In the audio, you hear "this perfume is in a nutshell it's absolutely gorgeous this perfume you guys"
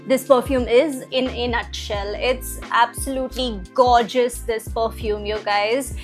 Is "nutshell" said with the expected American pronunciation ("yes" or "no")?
yes